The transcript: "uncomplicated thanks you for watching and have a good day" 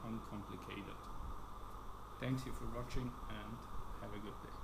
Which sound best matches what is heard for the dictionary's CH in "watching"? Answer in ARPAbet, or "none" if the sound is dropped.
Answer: CH